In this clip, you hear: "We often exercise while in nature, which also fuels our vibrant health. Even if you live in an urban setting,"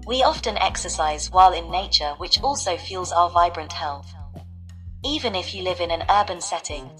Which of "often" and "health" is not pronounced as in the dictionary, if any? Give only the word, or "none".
none